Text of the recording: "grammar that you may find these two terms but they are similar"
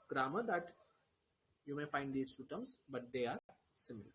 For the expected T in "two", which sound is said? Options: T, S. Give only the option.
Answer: S